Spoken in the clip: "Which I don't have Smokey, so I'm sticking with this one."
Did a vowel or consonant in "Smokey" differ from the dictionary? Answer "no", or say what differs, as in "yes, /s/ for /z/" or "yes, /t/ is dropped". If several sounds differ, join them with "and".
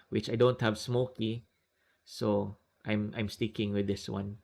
no